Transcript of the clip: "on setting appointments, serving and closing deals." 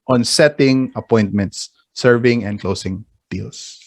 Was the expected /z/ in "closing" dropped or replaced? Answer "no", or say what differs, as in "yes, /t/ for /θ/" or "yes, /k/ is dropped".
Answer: yes, /s/ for /z/